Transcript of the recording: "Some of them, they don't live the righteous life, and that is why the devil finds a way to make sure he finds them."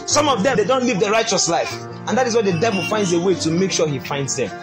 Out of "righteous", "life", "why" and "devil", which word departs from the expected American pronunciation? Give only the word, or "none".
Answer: none